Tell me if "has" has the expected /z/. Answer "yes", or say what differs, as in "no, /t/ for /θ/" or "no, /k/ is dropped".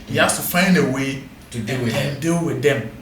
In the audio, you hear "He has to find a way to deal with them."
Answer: no, /s/ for /z/